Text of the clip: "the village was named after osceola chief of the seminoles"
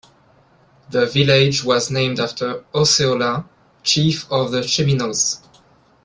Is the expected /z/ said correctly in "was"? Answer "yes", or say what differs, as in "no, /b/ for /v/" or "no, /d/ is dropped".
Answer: yes